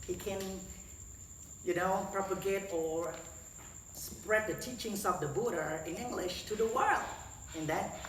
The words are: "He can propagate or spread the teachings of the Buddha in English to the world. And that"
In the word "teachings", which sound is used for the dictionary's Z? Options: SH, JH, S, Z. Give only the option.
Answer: S